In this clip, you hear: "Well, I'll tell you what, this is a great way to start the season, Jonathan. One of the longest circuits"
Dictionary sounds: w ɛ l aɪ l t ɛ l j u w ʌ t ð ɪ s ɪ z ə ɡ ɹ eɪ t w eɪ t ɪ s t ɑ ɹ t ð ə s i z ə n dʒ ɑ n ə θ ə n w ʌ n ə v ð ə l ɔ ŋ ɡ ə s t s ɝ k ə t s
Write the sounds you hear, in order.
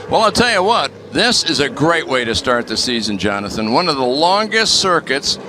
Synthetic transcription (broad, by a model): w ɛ l aɪ l t ɛ l j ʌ w ʌ t ð ɪ s ɪ z ə ɡ ɹ eɪ t w eɪ t ɪ s t ɑ ɹ t ð ə s i z ə n dʒ ɑ n ə θ ə n w ʌ n ə v ð ə l ɔ ŋ ɡ ə s t s ɝ k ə t s